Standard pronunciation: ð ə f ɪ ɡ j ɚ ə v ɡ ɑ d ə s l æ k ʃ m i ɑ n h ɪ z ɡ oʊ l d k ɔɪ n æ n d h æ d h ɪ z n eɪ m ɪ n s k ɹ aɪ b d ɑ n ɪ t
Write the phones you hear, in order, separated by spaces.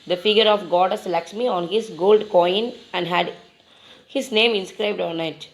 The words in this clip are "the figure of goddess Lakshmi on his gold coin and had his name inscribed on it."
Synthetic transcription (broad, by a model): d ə f ɪ ɡ j ɚ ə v ɡ ɑ d ə s l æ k s m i ɑ n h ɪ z ɡ oʊ l d k ɔɪ n æ n d h æ d h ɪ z n eɪ m ɪ n s k ɹ aɪ b d ɑ n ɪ t